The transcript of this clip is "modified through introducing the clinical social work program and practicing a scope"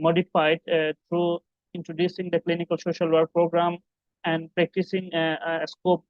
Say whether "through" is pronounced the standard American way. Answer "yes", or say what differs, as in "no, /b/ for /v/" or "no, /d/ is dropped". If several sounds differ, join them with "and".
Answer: no, /t/ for /θ/